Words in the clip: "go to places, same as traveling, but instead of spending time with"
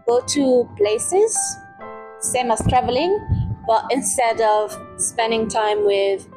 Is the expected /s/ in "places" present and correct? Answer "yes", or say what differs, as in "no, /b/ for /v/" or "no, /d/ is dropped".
yes